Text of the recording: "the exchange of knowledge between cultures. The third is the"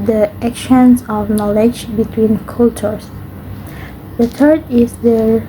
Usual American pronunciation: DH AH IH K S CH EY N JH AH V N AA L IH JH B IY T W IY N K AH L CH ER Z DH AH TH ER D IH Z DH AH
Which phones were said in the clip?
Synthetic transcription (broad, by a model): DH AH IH K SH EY N Z AH V N AA L IH JH B IY T W IY N K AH L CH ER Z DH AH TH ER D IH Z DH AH